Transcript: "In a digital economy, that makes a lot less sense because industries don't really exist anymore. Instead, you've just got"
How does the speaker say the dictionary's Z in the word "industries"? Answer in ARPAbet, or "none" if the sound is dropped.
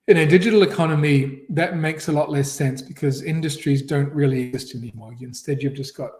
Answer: Z